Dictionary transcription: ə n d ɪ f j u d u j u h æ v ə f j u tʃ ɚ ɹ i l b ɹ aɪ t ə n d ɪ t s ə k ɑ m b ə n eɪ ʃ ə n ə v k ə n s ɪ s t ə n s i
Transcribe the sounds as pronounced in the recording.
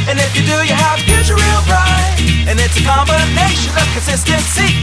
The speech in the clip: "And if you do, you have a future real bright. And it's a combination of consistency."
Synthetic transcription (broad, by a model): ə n ɪ f j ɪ d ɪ j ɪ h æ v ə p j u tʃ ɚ ɹ i l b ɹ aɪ ə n ɪ t s ə k ɑ m b ə n eɪ ʃ ə n ə v k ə n s ɪ s t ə n s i